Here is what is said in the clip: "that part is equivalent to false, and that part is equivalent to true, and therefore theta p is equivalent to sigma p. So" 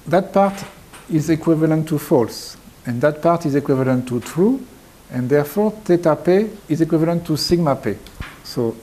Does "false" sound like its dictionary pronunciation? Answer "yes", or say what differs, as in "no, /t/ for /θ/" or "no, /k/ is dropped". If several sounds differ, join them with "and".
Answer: yes